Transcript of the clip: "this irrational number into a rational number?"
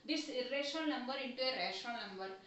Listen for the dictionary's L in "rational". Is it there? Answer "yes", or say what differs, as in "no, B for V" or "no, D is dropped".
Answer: no, N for L